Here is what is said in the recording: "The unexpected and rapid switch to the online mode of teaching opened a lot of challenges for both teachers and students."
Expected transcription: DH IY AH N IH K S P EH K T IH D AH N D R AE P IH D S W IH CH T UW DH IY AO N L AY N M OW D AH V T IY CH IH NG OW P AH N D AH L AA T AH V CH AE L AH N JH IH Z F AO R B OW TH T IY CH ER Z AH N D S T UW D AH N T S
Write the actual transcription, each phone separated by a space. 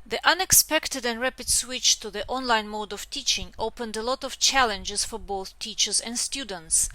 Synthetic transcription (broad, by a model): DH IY AH N IH K S P EH K T IH D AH N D R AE P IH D S W IH CH T UW DH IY AO N L AY N M OW D AH V T IY CH IH NG OW P AH N D AH L AA T AH V CH AE L AH N JH IH Z F AO R B OW TH T IY CH ER Z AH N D S T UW D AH N T S